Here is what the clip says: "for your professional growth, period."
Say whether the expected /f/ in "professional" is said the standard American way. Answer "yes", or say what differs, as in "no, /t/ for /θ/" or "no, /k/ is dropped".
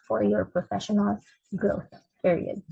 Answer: yes